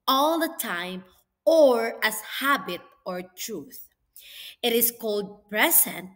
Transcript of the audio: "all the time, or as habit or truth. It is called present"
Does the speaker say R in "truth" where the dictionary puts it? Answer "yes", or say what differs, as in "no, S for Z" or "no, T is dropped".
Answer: yes